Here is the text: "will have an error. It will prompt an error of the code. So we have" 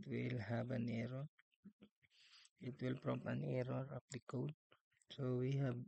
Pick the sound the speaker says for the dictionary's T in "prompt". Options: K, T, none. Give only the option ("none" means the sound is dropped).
none